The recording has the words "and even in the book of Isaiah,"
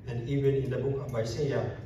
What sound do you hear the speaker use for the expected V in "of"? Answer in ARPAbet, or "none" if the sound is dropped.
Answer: B